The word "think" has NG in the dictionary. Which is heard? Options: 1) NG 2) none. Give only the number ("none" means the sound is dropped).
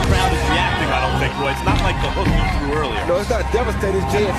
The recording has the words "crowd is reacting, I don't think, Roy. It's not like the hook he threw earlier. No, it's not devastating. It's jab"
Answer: 2